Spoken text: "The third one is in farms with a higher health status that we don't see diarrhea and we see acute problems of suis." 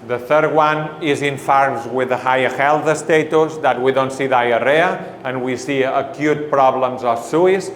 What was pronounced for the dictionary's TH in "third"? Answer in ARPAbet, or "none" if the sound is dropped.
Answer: TH